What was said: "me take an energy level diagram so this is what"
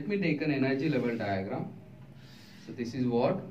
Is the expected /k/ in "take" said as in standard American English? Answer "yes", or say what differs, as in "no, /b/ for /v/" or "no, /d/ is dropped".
yes